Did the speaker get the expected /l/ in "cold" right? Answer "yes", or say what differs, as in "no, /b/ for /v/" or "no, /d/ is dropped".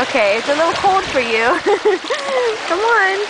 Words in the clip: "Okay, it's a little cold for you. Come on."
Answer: no, /l/ is dropped